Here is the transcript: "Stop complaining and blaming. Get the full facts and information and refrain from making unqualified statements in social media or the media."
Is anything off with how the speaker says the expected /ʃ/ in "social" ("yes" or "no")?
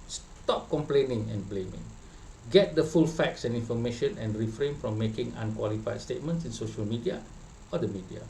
no